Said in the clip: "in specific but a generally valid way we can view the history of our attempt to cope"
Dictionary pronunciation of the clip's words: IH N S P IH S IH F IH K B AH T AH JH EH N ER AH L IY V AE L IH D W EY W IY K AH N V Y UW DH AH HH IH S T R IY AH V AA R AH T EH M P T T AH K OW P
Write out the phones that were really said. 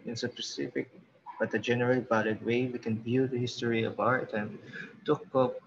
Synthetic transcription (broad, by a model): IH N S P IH S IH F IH K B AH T AH JH EH N ER AH L IY B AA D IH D W EY W IY K AH N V Y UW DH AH HH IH S T R IY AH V AA R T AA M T T AH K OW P